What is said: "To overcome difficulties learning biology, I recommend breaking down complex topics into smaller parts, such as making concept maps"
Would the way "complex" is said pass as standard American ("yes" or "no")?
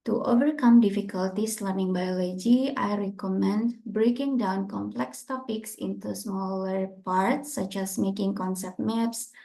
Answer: yes